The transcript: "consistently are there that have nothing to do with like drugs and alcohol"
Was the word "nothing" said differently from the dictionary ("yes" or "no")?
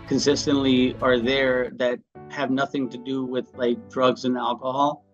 no